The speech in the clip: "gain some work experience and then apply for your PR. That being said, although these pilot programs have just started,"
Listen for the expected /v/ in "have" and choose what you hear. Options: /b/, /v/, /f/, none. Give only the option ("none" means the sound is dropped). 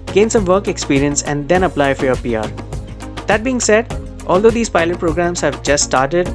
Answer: /v/